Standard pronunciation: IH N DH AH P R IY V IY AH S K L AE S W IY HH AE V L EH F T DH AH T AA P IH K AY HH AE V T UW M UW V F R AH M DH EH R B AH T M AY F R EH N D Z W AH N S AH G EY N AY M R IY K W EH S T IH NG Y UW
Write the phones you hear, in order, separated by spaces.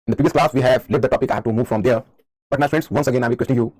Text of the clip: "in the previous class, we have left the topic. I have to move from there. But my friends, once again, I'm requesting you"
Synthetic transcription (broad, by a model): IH N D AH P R IY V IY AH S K L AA S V IY HH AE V L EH T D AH T AA P IH K AY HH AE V T UW M UW V F R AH M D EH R B AH T M AY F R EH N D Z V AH N S AH G EY N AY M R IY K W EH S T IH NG Y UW